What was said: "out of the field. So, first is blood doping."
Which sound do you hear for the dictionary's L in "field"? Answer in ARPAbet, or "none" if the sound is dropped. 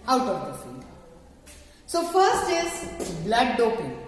none